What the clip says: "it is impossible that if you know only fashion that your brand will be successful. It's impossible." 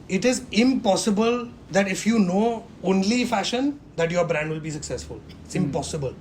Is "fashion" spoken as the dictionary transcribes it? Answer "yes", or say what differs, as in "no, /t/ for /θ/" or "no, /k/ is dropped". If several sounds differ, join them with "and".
yes